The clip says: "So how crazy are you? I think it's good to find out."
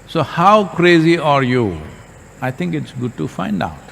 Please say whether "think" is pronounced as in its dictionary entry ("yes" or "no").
no